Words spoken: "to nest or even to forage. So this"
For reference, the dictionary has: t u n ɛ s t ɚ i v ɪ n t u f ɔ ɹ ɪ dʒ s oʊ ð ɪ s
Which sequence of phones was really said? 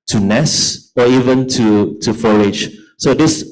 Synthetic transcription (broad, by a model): t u n ɛ s ɔ i v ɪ n t u f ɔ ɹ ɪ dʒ s oʊ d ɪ s